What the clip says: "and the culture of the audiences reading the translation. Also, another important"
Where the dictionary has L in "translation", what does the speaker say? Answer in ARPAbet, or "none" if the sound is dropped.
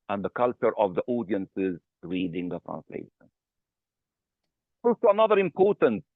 L